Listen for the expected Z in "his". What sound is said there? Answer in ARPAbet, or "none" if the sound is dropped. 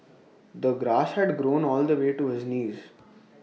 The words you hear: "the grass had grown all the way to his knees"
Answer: Z